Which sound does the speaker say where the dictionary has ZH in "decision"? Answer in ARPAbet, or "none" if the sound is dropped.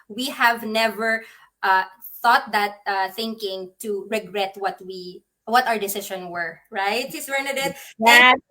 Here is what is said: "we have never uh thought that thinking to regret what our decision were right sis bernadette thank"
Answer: SH